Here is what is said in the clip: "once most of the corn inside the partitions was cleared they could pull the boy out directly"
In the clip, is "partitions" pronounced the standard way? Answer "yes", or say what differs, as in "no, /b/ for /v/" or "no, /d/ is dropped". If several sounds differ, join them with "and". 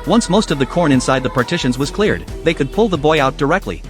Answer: yes